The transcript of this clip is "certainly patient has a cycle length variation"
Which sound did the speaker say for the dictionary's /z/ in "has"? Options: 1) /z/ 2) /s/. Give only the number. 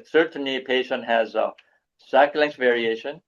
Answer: 1